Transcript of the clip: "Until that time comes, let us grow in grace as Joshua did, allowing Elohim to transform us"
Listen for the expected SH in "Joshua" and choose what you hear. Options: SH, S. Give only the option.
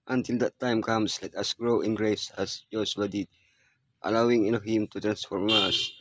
S